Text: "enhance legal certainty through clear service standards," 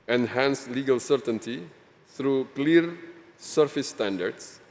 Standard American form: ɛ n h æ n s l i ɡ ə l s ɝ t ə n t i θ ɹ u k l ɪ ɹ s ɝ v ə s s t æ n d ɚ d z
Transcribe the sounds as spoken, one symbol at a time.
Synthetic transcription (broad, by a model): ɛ n h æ n s l i ɡ ə l s ɝ t ə n t i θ ɹ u k l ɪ ɹ s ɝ f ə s s t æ n d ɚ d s